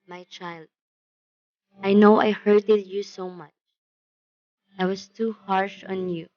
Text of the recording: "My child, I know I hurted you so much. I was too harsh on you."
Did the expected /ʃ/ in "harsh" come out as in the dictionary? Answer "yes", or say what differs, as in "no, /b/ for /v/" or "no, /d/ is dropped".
yes